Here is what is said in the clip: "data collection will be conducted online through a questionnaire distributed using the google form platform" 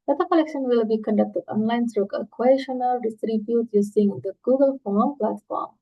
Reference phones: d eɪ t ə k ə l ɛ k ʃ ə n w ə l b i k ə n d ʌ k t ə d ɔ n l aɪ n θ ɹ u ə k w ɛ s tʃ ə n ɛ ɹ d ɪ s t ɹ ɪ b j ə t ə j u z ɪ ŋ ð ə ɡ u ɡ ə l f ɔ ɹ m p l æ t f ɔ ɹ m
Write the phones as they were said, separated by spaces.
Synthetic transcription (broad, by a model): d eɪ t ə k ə l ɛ k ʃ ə n w ə l b i k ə n d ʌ k t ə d ɔ n l aɪ n s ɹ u ə k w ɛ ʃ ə n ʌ l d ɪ s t ɹ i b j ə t j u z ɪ ŋ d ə ɡ u ɡ ə l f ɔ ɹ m p l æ t f ɔ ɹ m